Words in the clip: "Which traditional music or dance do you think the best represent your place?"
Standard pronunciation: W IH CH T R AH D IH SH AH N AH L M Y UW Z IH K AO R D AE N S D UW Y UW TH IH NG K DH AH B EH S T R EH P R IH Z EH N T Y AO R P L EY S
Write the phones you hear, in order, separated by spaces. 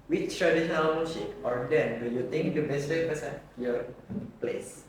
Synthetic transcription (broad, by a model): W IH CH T R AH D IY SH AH N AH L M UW S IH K AO R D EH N D UW Y UW T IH NG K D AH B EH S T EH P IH S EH Y AO R P L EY S